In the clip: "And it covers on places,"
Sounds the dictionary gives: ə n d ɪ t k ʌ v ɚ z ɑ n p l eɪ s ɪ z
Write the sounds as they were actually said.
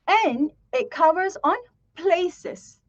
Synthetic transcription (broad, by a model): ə n ɪ t k ʌ v ɚ z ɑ n p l eɪ s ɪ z